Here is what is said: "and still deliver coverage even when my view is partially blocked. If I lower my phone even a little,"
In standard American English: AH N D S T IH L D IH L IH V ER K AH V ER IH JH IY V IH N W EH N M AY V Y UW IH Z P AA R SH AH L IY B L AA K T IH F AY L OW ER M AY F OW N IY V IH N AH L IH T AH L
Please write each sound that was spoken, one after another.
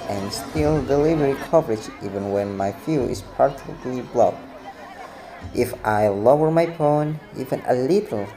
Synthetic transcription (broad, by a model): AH N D S T IH L D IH L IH V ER K AH V ER IH JH IY V IH N W EH N M AY F Y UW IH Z P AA R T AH L IY B L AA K T IH F AY L OW ER M AY P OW N IY V IH N AH L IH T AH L